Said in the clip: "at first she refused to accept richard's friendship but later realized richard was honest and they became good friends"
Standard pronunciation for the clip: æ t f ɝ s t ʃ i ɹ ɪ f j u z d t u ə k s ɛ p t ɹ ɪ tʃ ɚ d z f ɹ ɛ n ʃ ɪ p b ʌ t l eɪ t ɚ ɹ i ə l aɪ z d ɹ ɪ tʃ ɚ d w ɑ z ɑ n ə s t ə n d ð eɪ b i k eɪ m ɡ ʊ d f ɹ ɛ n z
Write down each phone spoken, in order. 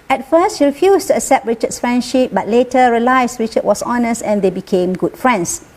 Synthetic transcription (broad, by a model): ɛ t f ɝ s t ʃ i ɹ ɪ f j u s t u ə k s ɛ p t ɹ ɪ tʃ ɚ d s f ɹ ɛ n ʃ ɪ p b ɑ t l eɪ t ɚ ɹ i l aɪ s ɹ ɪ tʃ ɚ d w ɑ s ɑ n ə s t ə n d eɪ b i k eɪ m ɡ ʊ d f ɹ ɛ n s